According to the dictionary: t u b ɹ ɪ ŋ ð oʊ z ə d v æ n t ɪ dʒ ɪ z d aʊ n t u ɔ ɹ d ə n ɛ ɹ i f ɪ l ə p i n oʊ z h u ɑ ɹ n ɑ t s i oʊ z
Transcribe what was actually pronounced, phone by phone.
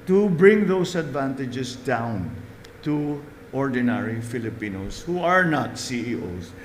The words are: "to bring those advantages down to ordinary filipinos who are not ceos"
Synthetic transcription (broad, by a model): t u b ɹ ɪ ŋ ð oʊ s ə d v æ n t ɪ dʒ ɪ s d aʊ n t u ɔ ɹ d ə n ɛ ɹ i f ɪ l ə p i n oʊ s h u ɑ ɹ n ɑ t s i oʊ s